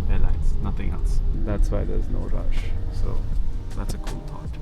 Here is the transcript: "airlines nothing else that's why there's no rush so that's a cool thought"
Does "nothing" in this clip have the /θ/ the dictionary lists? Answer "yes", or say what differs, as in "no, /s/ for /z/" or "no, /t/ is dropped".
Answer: yes